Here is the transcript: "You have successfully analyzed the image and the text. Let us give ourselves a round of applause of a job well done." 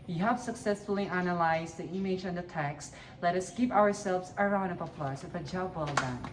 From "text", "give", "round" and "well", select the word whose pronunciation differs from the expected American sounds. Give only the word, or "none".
give